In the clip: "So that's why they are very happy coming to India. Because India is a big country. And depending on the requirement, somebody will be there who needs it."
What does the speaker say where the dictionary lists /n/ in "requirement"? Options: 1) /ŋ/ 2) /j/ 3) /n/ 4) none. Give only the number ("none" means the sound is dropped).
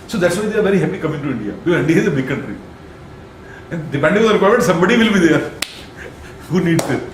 4